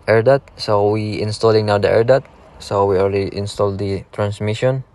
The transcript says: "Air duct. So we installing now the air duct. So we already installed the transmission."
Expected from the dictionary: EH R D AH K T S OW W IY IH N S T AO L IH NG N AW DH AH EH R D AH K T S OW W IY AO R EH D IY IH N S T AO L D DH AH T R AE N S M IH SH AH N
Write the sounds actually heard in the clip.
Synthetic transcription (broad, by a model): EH R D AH T S OW W IY IH N S T AO L IH NG N AW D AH EH R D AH T S OW W IY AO L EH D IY IH N S T AO L D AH T R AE N S M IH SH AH N